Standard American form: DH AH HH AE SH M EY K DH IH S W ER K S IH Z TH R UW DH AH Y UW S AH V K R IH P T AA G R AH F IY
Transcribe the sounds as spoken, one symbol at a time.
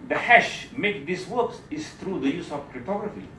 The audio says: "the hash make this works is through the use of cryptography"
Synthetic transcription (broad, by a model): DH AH HH AE SH M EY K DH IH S W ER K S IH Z TH R UW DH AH Y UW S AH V K R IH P T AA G R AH F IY